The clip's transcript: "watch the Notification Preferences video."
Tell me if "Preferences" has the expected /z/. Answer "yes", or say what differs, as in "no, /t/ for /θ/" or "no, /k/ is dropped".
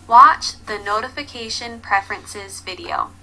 yes